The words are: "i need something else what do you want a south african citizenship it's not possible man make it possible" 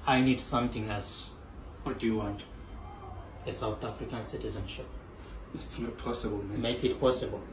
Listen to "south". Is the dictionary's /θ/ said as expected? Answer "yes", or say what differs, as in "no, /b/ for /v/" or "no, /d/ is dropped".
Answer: no, /t/ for /θ/